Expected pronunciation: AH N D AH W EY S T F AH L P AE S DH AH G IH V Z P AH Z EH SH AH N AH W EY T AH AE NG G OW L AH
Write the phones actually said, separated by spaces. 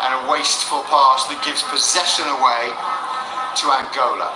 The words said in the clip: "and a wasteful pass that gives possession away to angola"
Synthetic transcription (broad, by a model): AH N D AH W EY S T F AH L P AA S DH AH G IH V Z P AH Z EH SH AH N AH W EY T AH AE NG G OW L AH